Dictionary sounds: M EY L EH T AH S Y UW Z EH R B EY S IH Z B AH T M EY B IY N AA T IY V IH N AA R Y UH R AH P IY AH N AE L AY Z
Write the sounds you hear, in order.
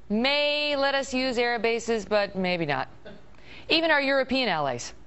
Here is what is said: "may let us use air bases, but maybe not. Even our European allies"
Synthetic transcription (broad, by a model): M EY L EH T AH S Y UW Z EH R B EY S IH Z B AH T M EY B IY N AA T IY V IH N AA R Y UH R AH P IY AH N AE L AY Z